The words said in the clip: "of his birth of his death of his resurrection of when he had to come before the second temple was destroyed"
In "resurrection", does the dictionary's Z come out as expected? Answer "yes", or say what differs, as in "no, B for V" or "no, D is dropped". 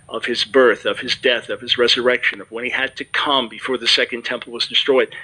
yes